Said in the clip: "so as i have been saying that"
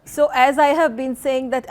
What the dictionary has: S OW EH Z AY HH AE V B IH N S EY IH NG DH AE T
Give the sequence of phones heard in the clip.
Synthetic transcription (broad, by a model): S OW EH Z AY HH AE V B IH N S EY IH NG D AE T